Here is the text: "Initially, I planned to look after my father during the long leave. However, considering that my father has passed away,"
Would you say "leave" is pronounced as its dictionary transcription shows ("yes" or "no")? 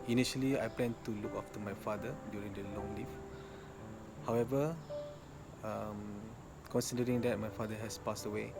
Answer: no